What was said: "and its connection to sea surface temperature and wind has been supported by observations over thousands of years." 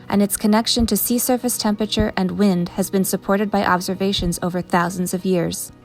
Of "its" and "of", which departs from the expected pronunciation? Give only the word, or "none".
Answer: none